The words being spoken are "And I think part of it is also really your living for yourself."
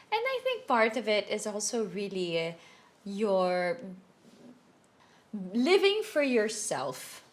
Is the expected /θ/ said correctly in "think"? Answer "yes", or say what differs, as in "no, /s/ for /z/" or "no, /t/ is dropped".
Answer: yes